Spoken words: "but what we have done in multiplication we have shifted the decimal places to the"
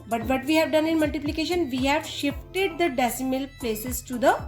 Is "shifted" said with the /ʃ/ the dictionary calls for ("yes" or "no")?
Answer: yes